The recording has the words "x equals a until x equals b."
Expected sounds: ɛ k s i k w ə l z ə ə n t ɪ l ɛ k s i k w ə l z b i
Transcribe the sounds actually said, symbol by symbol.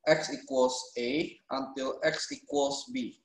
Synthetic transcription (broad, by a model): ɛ k s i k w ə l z ə ə n t ɪ l ɛ k s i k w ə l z b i